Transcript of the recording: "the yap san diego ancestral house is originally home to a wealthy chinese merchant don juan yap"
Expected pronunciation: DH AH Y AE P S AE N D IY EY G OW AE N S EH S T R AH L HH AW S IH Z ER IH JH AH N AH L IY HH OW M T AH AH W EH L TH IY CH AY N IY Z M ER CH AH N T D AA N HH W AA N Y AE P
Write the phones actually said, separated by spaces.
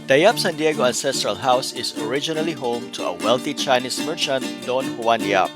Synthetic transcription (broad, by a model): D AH Y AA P S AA N D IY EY G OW AE N S EH S T R AH L HH AW S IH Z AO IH JH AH N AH L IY HH OW M T AH AH W EH L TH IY CH AY N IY S M ER CH AH N T D AA N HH W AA N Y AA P